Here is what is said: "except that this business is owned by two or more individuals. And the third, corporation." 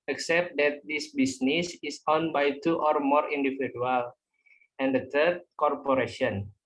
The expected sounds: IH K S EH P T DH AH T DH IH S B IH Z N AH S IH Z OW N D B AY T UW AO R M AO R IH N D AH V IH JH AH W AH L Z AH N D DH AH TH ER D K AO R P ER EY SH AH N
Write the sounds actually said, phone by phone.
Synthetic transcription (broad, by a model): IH K S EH P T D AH T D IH S B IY S N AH S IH S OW N B AY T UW AO R M AO R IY N D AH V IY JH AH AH L AH N D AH T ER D K AO R P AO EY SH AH N